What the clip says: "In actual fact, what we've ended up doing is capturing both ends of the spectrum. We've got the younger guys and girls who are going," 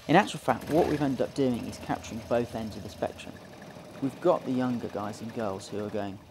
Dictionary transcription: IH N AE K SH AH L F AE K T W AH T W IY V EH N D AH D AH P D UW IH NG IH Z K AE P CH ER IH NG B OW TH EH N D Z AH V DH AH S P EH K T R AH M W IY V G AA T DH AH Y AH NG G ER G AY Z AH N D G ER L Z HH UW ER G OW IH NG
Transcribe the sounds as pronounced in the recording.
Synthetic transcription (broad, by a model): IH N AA K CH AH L F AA K T W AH T W IY V EH N D AH D AH P D UW IH NG IH Z K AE P CH ER IH NG B OW TH EH N D Z AH V DH AH S P EH K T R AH M W IY V G AA T DH AH Y AH NG G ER G AY Z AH N G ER L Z HH UW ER G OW IH NG